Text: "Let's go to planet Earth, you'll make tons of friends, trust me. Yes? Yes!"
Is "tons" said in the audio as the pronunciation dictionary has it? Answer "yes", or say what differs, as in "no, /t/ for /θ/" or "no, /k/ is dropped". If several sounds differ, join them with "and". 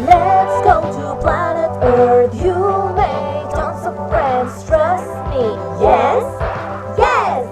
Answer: no, /s/ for /z/